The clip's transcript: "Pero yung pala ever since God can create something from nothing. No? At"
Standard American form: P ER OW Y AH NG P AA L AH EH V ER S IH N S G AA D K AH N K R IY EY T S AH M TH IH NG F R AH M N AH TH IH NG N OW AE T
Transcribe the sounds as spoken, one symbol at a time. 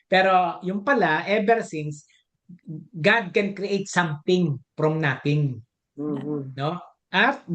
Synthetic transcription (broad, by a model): P ER OW Y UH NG P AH L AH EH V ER S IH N S G AA D K AH N K R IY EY T S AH M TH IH NG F R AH M N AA T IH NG N OW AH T